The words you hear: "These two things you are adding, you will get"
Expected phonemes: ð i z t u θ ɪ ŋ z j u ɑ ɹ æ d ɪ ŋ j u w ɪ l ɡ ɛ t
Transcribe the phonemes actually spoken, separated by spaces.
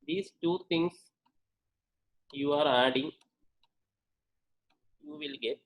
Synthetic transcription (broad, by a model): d i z t u t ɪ ŋ s j u ɑ ɹ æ d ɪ ŋ j u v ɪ l ɡ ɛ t